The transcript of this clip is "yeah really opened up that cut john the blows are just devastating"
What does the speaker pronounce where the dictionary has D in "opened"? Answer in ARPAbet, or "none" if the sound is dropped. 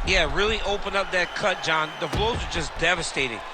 none